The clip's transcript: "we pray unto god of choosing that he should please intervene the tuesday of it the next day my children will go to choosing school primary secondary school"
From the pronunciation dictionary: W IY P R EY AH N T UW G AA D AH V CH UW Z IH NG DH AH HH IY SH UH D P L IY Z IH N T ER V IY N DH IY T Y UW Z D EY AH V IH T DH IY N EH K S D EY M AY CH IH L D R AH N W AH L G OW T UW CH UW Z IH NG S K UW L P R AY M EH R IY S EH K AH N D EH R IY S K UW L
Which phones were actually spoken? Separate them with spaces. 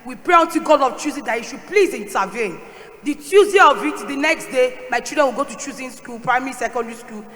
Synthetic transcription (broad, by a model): W IY P R EY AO N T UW G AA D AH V CH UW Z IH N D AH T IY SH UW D P L IY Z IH N T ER V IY N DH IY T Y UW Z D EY AH V IH T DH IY N EH K S D EY M AY CH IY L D R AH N W AH L G OW T UW CH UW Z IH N S K UW L P R AY M EH R IY S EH K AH N D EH R IY S K UW L